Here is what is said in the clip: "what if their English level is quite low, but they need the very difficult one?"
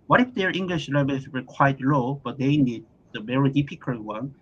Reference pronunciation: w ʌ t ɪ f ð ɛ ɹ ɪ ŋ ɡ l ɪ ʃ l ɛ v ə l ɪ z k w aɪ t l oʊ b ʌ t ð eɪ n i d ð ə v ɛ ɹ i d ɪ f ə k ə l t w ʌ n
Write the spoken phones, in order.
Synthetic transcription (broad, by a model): w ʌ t ɪ f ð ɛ ɹ ɪ ŋ ɡ l ɪ ʃ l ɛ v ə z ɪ k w aɪ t l oʊ b ʌ t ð eɪ n i d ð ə v ɛ ɹ i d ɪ p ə k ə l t w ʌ n